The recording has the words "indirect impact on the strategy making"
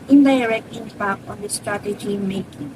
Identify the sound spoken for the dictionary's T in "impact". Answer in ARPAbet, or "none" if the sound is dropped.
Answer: none